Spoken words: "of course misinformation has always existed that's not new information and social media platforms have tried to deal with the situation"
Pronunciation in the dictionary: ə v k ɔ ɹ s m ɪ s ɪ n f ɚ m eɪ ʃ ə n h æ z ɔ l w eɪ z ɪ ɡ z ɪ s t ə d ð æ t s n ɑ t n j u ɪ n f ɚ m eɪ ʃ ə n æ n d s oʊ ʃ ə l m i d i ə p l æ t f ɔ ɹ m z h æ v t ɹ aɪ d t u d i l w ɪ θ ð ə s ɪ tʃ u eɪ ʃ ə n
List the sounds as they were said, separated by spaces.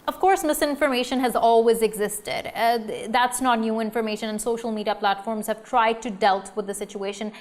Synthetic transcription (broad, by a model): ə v k ɔ ɹ s m ɪ s ɪ n f ɚ m eɪ ʃ ə n h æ z ɔ l w eɪ z ɪ ɡ z ɪ s t ə d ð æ t s n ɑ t n j u ɪ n f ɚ m eɪ ʃ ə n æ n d s oʊ ʃ ə l m i d i ə p l æ t f ɔ ɹ m z h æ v t ɹ aɪ d t u d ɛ l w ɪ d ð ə s ɪ tʃ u eɪ ʃ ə n